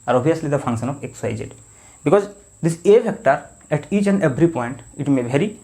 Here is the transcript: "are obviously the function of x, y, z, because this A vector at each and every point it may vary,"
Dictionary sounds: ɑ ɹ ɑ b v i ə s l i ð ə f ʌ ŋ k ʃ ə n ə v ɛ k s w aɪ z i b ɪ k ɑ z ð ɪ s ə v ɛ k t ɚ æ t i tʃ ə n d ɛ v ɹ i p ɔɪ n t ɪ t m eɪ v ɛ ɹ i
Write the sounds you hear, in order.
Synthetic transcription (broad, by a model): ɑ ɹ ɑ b i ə s l i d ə f ʌ ŋ k ʃ ə n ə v ɛ k s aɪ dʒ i b ɪ k ɑ z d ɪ s ə f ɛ k t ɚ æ t i tʃ ə n d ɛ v ɹ i p ɔɪ n t ɪ t m eɪ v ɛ ɹ i